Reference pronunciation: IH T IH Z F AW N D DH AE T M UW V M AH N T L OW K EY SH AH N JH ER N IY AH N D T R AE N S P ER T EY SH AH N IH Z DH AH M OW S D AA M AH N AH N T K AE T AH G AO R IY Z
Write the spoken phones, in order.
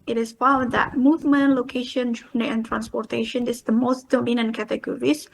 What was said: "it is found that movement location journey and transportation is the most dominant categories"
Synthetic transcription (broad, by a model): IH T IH S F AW D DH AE T M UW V M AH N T L OW K EY SH AH N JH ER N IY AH N T R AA N S P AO T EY SH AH N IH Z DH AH M OW S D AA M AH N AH N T K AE T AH G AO R IY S